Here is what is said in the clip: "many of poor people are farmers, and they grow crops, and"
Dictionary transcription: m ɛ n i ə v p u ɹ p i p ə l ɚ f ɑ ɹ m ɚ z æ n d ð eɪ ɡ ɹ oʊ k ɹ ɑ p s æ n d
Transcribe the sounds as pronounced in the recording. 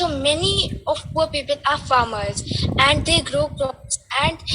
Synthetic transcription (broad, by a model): m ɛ n i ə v p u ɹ p i p ə l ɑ f ɑ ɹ m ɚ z æ n d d eɪ ɡ ɹ oʊ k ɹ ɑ s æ n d